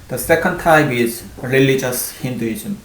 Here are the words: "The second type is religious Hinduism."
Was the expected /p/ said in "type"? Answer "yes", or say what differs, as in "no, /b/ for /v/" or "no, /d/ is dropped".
no, /b/ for /p/